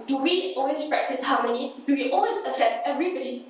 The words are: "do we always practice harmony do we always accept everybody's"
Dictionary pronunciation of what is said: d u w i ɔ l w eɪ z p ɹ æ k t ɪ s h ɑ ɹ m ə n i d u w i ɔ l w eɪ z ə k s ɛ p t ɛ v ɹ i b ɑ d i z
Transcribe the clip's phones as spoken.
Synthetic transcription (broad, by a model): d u w i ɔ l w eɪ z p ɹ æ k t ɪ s h ɑ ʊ m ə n i d u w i ɔ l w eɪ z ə s ɛ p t ɛ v ɹ i b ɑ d i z